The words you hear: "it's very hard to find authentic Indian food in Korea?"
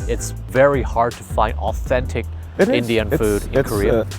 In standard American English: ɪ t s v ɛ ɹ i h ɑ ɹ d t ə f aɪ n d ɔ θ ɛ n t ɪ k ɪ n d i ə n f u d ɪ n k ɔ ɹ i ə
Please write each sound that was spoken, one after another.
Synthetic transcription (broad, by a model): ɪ t s v ɛ ɹ i h ɑ ɹ d t ə f aɪ n d ɔ θ ɛ n t ɪ k ɪ n d i ə n f u d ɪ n k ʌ ɹ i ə